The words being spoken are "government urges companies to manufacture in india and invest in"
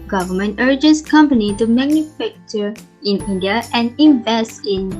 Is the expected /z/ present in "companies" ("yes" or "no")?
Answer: no